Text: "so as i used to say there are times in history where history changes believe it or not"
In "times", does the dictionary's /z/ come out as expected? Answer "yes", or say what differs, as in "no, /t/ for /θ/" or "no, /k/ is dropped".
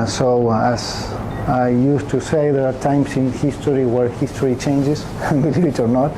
no, /s/ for /z/